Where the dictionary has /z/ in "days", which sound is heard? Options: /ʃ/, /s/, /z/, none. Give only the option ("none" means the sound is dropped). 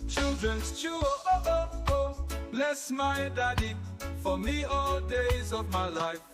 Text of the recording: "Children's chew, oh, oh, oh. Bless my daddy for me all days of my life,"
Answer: /z/